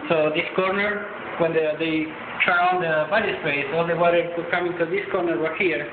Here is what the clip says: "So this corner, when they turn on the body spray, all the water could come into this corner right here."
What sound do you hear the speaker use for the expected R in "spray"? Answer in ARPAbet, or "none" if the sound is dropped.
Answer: none